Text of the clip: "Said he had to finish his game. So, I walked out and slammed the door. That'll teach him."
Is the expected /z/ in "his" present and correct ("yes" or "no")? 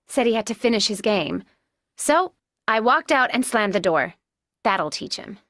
yes